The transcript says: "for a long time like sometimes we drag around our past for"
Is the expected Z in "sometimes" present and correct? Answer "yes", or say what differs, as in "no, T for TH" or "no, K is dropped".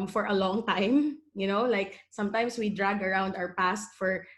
no, S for Z